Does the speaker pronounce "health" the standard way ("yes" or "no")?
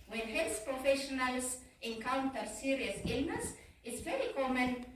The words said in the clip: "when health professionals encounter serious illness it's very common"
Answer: no